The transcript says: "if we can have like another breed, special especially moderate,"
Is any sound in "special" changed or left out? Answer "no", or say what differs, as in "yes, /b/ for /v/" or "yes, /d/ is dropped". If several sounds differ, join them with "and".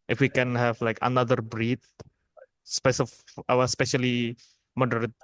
yes, /w/ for /l/